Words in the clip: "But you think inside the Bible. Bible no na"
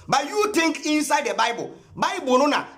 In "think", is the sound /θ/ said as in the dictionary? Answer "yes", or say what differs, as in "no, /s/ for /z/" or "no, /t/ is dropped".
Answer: no, /t/ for /θ/